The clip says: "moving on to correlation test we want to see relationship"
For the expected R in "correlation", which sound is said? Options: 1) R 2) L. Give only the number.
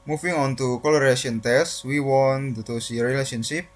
2